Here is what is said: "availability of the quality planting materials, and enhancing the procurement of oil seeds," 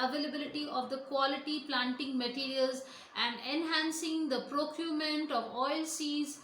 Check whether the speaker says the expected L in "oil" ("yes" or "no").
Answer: yes